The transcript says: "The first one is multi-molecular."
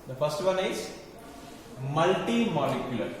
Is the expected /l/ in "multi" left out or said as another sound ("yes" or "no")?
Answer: no